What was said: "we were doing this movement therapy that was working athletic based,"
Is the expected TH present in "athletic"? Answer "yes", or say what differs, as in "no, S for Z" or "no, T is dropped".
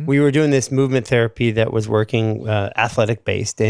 yes